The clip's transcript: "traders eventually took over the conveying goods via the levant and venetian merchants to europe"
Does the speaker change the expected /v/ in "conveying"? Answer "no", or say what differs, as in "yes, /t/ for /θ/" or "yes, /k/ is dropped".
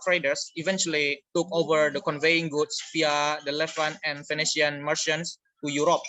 no